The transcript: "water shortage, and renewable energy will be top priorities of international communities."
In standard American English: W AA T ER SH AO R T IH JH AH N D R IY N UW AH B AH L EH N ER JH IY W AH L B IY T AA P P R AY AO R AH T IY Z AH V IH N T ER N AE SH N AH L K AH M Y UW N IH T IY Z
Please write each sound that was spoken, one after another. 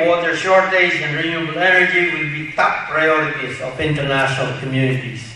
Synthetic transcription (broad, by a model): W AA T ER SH AO R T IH Z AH N R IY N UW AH B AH L EH N ER JH IY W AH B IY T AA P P R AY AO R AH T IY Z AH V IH N T ER N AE SH N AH L K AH M Y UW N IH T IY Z